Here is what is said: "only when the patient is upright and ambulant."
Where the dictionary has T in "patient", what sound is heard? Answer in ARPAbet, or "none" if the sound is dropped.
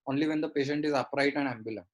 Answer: T